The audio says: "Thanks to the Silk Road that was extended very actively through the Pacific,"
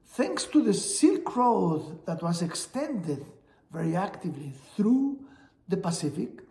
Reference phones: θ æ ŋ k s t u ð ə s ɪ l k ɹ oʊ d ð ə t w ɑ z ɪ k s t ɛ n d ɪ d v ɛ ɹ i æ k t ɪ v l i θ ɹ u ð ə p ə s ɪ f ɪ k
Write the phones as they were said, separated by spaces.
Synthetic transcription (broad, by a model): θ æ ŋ k s t u ð ə s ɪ l k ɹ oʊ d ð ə t w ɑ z ɪ k s t ɛ n d ɪ d v ɛ ɹ i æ k t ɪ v l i θ ɹ u ð ə p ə s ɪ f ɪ k